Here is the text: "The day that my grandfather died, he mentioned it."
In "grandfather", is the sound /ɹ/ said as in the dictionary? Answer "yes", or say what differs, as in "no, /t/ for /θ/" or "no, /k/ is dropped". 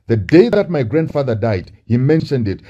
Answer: yes